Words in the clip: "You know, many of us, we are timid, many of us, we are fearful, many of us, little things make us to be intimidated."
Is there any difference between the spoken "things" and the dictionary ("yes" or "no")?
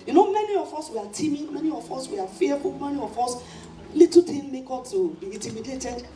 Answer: yes